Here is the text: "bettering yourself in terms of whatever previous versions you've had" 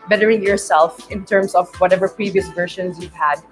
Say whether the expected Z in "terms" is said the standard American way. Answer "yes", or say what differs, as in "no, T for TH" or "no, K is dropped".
no, S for Z